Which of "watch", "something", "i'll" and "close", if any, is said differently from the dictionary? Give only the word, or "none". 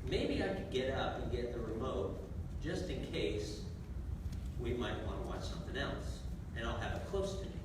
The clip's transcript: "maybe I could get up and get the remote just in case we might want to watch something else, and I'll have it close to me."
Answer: none